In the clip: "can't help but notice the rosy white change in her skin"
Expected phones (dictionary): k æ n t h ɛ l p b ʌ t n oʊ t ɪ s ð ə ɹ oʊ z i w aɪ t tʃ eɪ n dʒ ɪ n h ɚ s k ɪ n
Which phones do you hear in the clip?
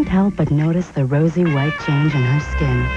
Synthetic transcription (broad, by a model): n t h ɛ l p b ʌ t n oʊ t ɪ s ð ə ɹ oʊ z i w aɪ t tʃ eɪ n dʒ ɪ n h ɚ s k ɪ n